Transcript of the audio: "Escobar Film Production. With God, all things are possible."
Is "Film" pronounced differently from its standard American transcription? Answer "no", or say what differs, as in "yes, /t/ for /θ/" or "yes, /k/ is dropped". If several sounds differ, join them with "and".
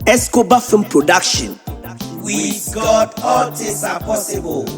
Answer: yes, /l/ is dropped